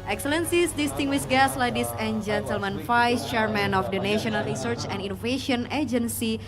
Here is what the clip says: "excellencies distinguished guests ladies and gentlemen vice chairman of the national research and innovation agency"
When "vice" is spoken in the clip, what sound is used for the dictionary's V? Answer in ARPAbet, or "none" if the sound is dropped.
F